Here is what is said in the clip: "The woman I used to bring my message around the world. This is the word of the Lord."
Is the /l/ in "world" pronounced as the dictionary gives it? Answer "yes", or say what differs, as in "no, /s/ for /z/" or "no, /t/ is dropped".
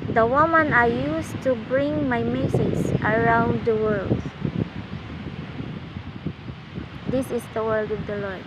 yes